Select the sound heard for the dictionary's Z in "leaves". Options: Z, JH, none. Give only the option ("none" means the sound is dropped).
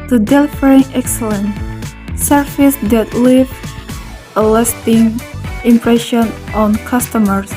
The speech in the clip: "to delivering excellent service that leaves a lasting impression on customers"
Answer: none